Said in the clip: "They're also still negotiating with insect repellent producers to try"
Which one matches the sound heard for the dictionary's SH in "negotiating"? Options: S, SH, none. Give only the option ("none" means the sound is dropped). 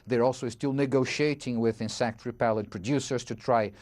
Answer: SH